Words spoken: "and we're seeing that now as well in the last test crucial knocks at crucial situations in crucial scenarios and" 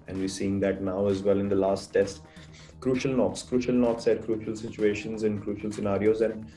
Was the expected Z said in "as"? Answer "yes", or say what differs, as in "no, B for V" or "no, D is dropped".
yes